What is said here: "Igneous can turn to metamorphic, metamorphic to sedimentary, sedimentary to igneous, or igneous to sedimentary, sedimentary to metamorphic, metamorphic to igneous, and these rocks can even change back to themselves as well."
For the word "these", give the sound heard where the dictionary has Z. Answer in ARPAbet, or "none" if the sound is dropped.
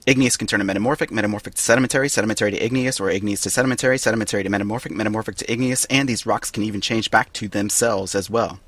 Z